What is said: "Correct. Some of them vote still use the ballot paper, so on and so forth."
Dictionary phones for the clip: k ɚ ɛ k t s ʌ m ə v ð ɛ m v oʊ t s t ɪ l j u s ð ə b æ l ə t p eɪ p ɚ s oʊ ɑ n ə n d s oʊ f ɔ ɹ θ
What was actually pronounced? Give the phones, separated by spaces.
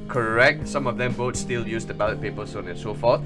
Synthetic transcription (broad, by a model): k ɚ ɛ k t s ʌ m ə v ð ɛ m b oʊ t s t ɪ l j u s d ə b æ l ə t p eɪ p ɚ s oʊ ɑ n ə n s oʊ f ɔ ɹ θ